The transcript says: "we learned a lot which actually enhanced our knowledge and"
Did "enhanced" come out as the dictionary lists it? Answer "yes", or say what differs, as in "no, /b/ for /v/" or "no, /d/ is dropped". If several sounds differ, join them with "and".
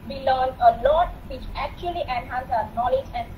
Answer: no, /t/ is dropped